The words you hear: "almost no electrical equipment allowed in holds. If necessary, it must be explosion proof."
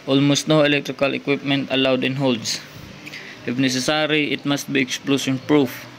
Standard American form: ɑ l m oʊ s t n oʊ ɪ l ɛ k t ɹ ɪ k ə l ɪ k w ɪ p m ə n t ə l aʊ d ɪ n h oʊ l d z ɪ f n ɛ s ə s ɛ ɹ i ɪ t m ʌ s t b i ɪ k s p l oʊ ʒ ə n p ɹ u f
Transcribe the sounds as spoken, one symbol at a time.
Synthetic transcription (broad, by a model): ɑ l m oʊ s t n oʊ ɪ l ɛ k t ɹ ɪ k ə l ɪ k w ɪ p m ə n t ə l aʊ d ɪ n h oʊ l d s ɪ f n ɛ s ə s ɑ ɹ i ɪ t m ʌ s t b i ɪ k s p l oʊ s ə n p ɹ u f